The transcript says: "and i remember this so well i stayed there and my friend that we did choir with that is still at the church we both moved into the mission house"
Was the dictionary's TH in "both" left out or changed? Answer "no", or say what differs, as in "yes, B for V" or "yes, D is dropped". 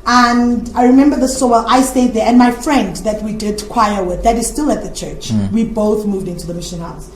no